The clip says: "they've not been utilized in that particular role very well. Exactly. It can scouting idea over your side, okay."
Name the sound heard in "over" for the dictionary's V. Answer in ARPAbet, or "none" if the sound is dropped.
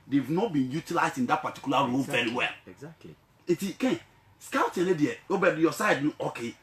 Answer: B